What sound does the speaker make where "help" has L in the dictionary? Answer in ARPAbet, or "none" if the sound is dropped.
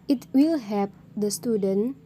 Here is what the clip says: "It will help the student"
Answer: none